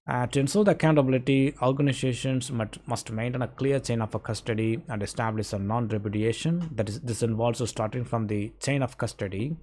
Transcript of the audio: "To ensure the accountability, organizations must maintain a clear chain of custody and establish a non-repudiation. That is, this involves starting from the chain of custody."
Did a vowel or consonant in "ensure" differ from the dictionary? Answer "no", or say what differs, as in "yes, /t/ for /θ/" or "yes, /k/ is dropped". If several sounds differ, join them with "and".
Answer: yes, /s/ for /ʃ/